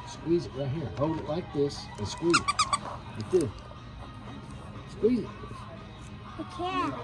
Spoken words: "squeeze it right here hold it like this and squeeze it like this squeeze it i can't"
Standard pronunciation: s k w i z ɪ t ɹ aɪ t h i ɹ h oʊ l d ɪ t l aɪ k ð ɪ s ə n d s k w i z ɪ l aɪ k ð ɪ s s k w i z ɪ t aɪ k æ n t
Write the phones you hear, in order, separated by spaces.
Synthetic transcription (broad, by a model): s k w i z ɪ t ɹ aɪ t h i ɹ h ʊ w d ɪ t l aɪ k ð ɪ s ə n s k w i z ɪ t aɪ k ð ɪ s s k w i z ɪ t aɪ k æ